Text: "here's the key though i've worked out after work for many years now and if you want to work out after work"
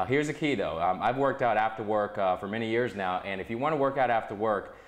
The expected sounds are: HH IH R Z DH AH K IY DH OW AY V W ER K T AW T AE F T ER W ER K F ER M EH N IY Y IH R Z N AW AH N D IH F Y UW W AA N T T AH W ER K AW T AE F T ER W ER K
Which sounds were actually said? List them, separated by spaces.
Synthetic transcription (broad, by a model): HH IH R Z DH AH K IY DH OW AY V W ER K T AW T AE F T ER W ER K F ER M EH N IY Y IH R Z N AW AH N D IH F Y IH W AA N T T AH W ER K AW T AE F T ER W ER K